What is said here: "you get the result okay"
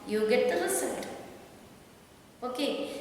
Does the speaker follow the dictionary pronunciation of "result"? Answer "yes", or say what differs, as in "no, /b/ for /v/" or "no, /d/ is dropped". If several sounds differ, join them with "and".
no, /s/ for /z/